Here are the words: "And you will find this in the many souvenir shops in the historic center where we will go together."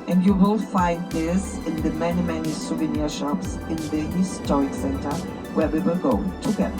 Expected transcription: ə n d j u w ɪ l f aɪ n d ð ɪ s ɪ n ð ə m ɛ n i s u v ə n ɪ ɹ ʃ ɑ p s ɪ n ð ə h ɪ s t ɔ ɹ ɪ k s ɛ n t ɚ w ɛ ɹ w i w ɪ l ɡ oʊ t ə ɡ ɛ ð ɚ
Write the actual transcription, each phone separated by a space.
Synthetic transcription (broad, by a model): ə n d j u w ɪ l f aɪ n d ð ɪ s ɪ n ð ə m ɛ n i s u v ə n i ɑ ʃ ɑ p s ɪ n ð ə h ɪ s t ɔ ɹ ɪ k s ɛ n t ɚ w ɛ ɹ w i w ɪ l ɡ oʊ t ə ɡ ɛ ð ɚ